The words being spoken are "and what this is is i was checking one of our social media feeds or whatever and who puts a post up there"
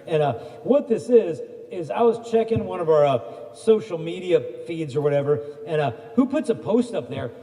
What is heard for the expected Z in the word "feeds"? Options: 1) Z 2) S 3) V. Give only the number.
1